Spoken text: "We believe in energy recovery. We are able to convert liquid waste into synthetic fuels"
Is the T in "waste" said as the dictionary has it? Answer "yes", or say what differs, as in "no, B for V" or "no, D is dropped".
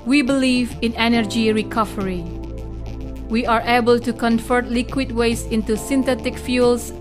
no, T is dropped